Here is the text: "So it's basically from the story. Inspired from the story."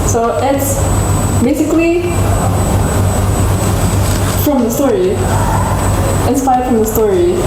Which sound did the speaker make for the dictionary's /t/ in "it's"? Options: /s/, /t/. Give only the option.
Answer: /t/